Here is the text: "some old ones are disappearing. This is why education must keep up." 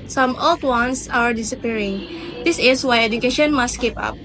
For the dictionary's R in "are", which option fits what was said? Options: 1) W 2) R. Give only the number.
2